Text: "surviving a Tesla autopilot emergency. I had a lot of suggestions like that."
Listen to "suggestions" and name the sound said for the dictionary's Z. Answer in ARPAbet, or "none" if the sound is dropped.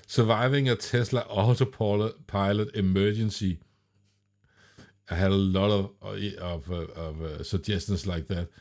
S